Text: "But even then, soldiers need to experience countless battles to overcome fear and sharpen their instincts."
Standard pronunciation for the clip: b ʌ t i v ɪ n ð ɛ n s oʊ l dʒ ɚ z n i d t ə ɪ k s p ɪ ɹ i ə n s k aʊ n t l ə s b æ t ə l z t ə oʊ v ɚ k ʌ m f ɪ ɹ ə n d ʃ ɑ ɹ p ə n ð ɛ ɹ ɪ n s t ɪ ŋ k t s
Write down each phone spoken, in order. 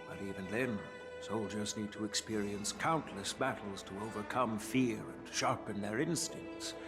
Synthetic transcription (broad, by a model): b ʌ t i v ɪ n ð ɛ n s oʊ l dʒ ɚ z n i d t ə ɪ k s p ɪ ɹ i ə n s k aʊ n t l ə s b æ t l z t ə oʊ v ɚ k ʌ m f ɪ ɹ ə n ʃ ɑ ɹ p ə n ð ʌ ɹ ɪ n s t ɪ ŋ k t s